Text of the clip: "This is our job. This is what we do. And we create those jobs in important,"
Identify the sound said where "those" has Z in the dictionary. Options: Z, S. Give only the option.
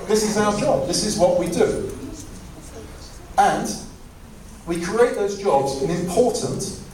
Z